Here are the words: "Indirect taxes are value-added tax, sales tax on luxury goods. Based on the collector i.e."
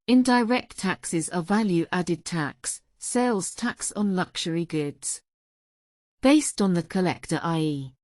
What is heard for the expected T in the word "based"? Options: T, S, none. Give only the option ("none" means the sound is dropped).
T